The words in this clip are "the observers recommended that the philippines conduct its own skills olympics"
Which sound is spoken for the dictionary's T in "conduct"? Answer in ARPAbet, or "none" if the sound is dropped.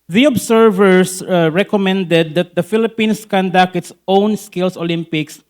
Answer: none